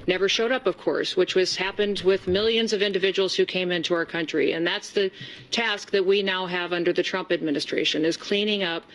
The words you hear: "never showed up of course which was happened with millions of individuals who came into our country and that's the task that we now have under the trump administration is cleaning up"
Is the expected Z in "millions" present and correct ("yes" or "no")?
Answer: yes